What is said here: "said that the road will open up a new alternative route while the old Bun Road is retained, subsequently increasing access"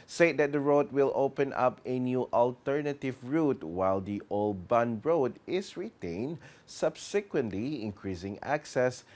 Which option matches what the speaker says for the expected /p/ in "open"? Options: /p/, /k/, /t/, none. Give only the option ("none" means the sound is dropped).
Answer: /p/